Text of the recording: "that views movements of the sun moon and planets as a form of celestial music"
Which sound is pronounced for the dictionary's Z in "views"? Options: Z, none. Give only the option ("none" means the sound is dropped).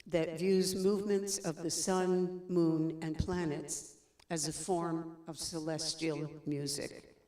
Z